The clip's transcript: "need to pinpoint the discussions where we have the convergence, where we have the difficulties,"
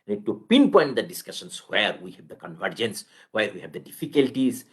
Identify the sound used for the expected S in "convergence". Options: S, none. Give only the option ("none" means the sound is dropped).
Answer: S